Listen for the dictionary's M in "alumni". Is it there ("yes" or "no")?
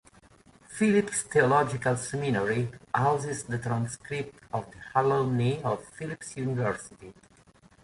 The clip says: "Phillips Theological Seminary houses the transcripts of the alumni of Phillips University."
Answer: no